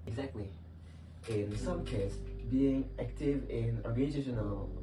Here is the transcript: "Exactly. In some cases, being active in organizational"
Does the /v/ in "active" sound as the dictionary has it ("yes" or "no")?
yes